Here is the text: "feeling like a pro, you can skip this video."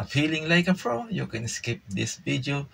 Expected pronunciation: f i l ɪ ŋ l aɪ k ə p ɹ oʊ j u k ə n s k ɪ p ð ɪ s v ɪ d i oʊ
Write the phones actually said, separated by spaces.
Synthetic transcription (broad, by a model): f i l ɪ ŋ l aɪ k ə f ɹ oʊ j u k ə n s k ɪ p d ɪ s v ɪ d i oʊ